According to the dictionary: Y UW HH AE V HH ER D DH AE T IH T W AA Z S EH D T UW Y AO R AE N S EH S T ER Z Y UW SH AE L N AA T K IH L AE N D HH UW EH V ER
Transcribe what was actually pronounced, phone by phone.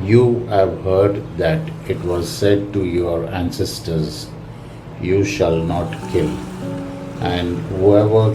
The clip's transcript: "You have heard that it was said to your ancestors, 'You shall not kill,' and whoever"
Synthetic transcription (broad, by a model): Y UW HH AE V HH ER D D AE T IH T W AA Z S EH D T UW Y AO R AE N S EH S T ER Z Y UW SH AE L N AA T K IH L AE N D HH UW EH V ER